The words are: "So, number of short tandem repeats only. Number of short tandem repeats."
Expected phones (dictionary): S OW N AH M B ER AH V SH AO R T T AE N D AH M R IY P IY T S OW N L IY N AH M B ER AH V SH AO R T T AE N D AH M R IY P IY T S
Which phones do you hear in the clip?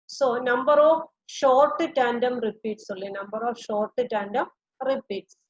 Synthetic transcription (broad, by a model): S OW N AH M B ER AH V SH AO R T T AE N D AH M R IY P IY T S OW L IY N AH M B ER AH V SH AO R T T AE N D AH M R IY P IY T S